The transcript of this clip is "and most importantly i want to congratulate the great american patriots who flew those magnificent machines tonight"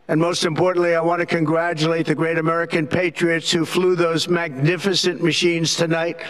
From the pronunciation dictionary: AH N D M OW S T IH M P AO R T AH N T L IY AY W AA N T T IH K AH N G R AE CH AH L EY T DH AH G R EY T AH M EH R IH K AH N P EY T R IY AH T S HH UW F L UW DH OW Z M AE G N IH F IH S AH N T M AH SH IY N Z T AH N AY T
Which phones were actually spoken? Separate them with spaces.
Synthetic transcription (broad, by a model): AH N M OW S T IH M P AO R T N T L IY AY W AA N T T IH K AH N G R AE CH AH L EY T DH AH G R EY T AH M EH R IH K AH N P EY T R IY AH T S HH UW F L UW DH OW Z M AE G N IH F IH S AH N M AH SH IY N Z T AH N AY T